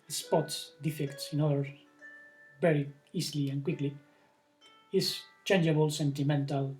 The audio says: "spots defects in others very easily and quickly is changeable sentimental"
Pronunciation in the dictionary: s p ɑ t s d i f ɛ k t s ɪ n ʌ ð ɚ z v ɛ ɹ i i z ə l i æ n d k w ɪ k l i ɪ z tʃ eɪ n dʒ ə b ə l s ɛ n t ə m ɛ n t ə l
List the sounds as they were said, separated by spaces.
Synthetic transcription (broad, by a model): s p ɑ t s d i f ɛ k t s ɪ n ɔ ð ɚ v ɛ ɹ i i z l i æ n k w ɪ k l i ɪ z tʃ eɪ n dʒ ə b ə l s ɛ n t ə m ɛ n t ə l